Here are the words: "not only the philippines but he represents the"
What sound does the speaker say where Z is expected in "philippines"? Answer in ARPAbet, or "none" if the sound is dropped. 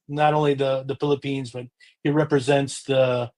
Z